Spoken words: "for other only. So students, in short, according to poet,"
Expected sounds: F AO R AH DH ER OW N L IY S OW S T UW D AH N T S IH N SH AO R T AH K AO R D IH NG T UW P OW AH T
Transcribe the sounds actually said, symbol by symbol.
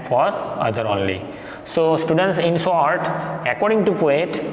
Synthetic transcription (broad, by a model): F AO R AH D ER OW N L IY S OW S T UW D AH N T S IH N S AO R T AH K AO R D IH NG T UW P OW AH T